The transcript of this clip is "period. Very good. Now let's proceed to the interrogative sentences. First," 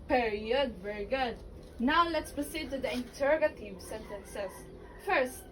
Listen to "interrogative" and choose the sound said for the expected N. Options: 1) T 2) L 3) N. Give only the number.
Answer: 3